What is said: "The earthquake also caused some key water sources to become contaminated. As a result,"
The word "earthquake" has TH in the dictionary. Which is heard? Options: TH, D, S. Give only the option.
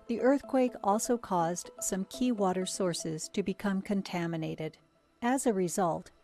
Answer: TH